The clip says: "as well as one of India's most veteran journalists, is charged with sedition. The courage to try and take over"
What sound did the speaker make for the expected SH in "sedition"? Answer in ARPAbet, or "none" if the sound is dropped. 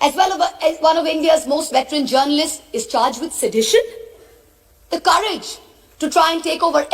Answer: SH